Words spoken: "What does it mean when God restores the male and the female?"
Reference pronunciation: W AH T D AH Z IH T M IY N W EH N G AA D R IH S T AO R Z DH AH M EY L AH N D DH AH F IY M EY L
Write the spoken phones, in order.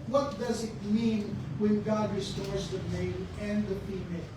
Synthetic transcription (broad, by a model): W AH T D AH Z IH T M IY N W EH N G AA D R IH S T AO R Z DH AH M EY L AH N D DH AH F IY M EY